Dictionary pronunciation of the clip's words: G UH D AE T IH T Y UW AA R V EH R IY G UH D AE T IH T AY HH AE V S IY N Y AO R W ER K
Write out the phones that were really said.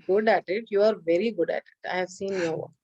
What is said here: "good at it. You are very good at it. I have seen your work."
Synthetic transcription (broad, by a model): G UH D AE T IH T Y UW AA R V EH R IY G UH D AE T IH T AY HH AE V S IY N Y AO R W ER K